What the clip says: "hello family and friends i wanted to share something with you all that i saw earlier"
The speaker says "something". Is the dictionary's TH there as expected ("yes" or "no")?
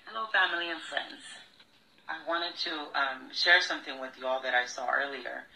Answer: yes